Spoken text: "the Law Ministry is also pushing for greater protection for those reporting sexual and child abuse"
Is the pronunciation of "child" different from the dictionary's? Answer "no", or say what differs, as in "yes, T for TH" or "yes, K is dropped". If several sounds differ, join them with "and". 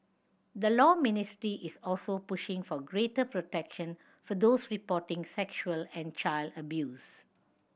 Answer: no